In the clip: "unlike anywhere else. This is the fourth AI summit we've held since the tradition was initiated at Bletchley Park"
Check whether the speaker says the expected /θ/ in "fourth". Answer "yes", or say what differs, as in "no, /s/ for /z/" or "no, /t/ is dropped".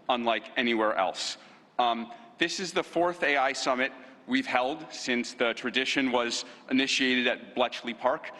yes